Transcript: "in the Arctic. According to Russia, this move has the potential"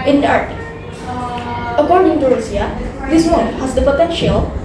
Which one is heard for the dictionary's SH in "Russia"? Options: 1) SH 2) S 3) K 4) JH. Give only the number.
2